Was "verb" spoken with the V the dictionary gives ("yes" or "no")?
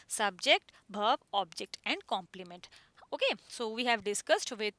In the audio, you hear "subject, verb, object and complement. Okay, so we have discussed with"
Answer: no